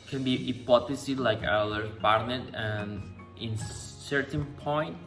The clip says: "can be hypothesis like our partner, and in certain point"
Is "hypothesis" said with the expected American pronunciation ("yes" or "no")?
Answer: no